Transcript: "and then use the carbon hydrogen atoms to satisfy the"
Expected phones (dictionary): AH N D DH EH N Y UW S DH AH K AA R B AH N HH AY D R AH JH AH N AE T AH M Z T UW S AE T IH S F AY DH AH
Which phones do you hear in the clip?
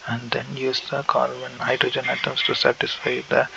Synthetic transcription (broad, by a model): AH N D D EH N Y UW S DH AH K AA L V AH N HH AY D R AH JH AH N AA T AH M S T UW S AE T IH S F AY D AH